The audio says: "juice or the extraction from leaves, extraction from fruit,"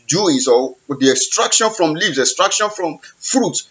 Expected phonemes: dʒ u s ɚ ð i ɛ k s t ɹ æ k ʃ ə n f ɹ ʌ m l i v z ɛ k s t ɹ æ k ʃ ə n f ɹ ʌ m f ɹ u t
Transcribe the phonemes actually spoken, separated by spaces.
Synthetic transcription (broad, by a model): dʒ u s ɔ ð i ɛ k s t ɹ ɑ k ʃ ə n f ɹ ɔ m l i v s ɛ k s t ɹ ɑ k ʃ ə n f ɹ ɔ m f ɹ u t